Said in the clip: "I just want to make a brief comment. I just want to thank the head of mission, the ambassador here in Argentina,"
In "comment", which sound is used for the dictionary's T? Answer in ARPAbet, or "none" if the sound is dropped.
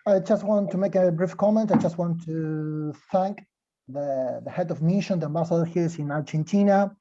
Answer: T